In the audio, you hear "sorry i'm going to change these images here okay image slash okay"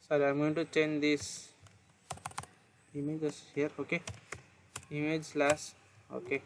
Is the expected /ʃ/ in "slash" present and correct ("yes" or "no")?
no